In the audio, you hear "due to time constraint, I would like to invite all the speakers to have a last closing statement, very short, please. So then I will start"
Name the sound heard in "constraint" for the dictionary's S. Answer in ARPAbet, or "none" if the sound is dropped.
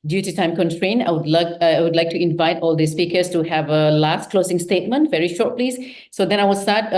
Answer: none